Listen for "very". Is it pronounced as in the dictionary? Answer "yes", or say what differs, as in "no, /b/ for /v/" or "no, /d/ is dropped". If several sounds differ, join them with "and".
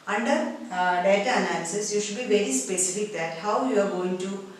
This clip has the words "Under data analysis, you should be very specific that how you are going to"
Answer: yes